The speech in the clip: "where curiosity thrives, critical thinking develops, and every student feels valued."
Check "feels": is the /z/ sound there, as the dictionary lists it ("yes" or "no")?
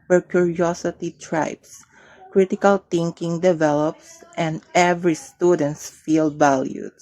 no